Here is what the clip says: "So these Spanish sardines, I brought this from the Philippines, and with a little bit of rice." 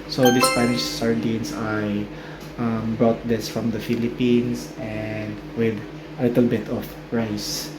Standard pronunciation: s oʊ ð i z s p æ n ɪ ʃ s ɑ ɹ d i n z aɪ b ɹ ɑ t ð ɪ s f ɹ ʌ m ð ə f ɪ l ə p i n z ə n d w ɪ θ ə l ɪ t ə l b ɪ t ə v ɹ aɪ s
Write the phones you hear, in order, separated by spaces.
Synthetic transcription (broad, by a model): s oʊ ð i s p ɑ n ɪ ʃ s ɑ ɹ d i n s aɪ b ɹ ɑ t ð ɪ s f ɹ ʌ m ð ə f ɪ l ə p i n s ə n d w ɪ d ə l ɪ t ə l b ɪ t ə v ɹ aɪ s